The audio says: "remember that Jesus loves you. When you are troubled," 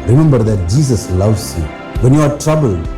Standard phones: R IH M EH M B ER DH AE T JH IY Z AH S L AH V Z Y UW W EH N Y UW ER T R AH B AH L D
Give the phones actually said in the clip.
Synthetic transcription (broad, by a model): R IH M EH M B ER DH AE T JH IY S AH S L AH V S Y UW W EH N Y UW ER T R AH B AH L